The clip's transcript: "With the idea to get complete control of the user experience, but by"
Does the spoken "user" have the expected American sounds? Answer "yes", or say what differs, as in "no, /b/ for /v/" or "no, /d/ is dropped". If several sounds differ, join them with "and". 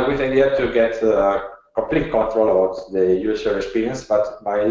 no, /s/ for /z/